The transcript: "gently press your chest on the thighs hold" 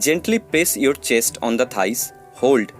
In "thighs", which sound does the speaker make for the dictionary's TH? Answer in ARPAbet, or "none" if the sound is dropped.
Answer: T